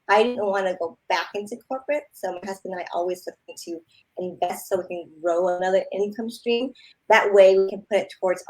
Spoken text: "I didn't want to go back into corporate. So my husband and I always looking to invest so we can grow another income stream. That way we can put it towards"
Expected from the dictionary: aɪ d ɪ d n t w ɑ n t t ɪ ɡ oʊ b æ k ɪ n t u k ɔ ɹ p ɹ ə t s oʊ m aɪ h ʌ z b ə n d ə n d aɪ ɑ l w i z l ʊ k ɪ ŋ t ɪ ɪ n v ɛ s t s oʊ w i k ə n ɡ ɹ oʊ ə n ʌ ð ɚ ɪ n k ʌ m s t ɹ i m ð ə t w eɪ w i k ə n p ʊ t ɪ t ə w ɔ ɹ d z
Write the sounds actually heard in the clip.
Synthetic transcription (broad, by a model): aɪ d ɪ d n t w ɑ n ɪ ɡ oʊ b æ k ɪ n t u k ɔ ɹ p ɹ ə t s oʊ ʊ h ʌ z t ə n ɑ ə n ɑ l w i z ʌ ɪ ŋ t ɪ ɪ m v ɛ s t s oʊ w i k ə n ɡ ɹ oʊ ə n ʌ ð ɚ ɪ n k ʌ m s t ɹ i m ð ə t w eɪ w i k ə n p ʊ t ɪ t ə w ɔ ɹ d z